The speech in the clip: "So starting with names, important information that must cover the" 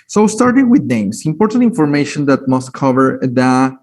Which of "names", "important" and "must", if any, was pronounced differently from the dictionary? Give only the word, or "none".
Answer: names